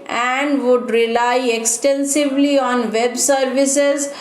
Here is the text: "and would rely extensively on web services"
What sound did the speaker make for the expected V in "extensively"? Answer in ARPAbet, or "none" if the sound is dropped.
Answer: V